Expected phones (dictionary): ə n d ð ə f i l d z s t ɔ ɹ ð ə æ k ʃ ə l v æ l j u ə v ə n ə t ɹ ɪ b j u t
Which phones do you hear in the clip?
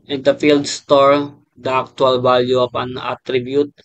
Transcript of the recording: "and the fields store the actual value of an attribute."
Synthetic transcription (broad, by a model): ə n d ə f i l d s t ɔ ɹ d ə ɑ k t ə l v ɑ l j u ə p ə n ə t ɹ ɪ b j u t